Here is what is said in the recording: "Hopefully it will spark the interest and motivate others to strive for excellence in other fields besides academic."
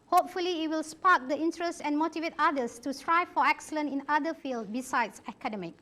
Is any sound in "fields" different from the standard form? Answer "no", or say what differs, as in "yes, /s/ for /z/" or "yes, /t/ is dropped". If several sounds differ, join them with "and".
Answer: yes, /z/ is dropped